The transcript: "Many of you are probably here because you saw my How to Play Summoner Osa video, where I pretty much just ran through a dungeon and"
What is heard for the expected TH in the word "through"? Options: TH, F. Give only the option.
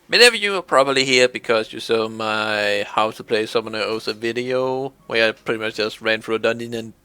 F